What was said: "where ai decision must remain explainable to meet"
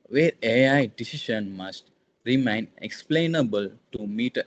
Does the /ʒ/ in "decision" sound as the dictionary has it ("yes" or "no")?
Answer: no